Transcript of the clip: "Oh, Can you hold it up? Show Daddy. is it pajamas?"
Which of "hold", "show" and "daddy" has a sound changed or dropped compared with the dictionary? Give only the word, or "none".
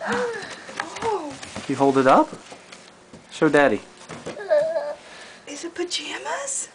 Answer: show